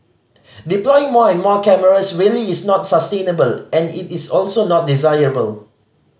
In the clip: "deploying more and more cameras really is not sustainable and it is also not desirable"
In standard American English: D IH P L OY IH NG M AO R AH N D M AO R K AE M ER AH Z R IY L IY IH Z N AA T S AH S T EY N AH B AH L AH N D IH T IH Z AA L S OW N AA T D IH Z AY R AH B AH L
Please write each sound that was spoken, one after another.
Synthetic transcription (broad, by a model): D IH P L OY IH NG M AO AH N M AO K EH M ER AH S R IY L IY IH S N AA T S AH S T EY N AH B AH L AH N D IH T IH S AA L S OW N AA T D IH Z AY R AH B AH L